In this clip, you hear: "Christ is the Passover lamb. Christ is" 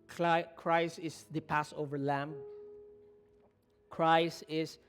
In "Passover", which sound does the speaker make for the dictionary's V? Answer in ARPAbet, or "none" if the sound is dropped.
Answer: V